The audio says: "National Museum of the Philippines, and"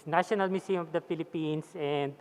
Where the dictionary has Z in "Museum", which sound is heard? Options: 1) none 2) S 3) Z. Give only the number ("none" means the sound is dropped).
2